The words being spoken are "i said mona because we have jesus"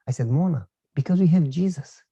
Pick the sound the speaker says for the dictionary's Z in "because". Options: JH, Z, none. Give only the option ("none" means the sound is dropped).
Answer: Z